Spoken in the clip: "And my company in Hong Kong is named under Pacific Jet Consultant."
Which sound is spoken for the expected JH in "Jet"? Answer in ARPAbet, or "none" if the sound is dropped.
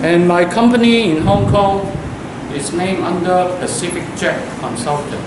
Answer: CH